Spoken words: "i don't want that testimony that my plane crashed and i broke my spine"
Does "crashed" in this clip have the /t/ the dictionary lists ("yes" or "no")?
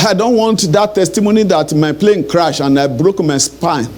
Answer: no